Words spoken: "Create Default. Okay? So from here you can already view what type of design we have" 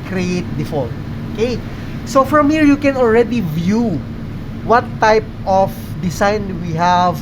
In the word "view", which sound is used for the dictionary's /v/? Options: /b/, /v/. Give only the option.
/v/